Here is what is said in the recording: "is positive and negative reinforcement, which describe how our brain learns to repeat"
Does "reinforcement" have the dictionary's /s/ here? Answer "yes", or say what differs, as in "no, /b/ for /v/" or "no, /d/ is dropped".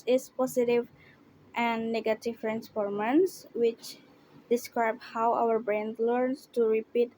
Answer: no, /s/ is dropped